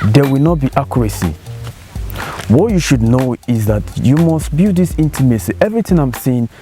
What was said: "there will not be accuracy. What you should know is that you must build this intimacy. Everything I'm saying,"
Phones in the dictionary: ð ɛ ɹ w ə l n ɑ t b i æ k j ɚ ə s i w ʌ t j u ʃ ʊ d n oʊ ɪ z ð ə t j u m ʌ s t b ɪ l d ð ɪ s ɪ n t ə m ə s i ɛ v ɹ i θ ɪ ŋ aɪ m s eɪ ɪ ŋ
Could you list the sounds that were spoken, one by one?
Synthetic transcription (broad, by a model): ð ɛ w ə l n ɑ t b i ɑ k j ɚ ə s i w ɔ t j u ʃ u d n oʊ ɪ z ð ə t j u m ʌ s t b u d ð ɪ s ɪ n t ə m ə s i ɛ v ɹ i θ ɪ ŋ aɪ m s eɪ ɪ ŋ